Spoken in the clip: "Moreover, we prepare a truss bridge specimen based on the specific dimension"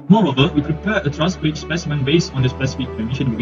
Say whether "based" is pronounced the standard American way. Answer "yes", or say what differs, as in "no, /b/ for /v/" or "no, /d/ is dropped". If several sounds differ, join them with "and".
no, /t/ is dropped